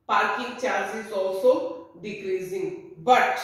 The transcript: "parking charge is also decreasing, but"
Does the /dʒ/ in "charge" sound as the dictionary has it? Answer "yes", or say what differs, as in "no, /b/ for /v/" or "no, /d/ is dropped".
no, /z/ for /dʒ/